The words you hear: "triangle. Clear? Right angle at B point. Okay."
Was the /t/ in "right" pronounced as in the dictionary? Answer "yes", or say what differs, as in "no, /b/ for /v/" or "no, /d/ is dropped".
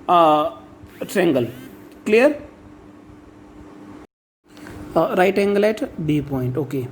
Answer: yes